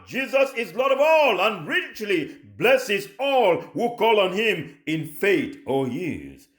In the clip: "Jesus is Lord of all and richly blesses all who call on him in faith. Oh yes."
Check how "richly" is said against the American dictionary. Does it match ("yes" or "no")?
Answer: yes